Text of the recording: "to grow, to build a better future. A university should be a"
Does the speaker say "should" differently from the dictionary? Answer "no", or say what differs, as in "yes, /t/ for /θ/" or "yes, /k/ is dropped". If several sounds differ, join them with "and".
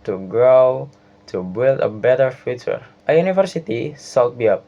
yes, /s/ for /ʃ/